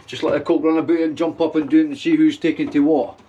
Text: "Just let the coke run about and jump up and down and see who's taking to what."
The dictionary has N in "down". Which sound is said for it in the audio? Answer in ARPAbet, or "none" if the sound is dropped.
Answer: none